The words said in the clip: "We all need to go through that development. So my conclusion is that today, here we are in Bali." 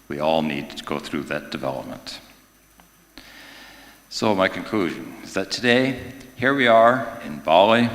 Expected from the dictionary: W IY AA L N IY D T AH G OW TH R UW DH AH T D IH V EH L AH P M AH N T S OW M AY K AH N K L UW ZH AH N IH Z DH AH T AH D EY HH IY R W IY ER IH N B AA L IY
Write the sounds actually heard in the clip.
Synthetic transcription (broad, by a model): W IY AA L N IY D T AH G OW TH R UW DH AH T D IH V EH L AH P M AH N T S OW M AY K AH N K L UW ZH AH N IH Z DH AH T AH D EY HH IY R W IY ER IH N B AA L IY